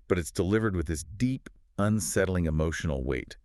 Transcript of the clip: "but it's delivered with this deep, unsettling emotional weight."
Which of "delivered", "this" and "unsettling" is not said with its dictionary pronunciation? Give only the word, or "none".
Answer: none